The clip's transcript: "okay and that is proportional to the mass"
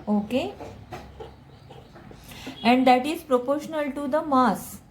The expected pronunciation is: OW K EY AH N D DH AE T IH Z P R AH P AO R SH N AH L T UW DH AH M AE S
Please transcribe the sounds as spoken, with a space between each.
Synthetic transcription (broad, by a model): OW K EY AH N D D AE T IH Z P R AH P AO R SH N AH L T UW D AH M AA S